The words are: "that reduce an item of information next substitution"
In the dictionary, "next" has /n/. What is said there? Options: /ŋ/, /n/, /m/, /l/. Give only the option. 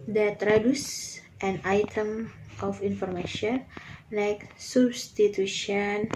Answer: /l/